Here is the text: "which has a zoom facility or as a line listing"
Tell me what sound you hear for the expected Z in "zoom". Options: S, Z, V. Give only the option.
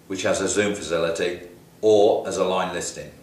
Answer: Z